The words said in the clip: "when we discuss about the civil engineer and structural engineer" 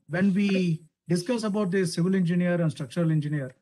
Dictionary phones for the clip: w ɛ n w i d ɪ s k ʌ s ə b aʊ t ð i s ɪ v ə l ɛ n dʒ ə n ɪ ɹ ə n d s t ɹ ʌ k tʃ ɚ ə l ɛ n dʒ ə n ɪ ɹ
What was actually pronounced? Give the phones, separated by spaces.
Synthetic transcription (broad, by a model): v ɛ n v i d ɪ s k ʌ s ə b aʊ t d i s ɪ v ə l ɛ n dʒ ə n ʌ ɹ ə n d s t ɹ ʌ k tʃ ɚ ə l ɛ n dʒ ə n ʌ ɹ